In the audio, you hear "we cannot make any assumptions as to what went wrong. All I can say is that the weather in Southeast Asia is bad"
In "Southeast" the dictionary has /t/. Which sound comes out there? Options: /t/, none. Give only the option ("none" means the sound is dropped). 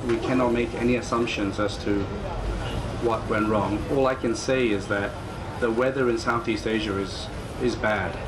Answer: /t/